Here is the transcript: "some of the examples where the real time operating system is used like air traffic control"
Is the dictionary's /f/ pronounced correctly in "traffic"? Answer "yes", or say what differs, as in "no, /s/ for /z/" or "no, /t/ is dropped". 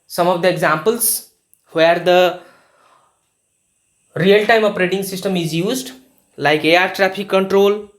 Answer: no, /p/ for /f/